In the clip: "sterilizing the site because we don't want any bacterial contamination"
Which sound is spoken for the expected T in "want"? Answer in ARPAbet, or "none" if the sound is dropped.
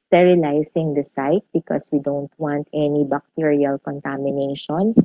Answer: T